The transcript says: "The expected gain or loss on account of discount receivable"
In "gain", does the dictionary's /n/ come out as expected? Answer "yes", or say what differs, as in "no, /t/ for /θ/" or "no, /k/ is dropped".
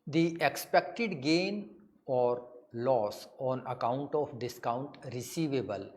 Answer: yes